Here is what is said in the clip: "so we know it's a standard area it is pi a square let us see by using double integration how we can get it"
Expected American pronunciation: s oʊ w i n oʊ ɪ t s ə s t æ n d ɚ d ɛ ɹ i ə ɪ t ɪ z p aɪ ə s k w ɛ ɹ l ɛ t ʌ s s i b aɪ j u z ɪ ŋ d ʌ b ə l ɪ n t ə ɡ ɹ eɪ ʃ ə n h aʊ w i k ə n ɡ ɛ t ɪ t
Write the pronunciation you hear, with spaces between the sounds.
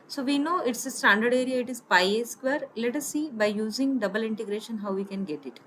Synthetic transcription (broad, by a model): s oʊ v i n oʊ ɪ t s ə s t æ n d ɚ d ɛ ɹ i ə ɪ t ɪ z p aɪ ə s k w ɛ ɹ l ɛ t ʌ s s i b aɪ j u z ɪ ŋ d ʌ b ə l ɪ n t ə ɡ ɹ eɪ ʃ ə n h aʊ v i k ə n ɡ ɛ t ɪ t